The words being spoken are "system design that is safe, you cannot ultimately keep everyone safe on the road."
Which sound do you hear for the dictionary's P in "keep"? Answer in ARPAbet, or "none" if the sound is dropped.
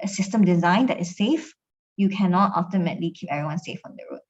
P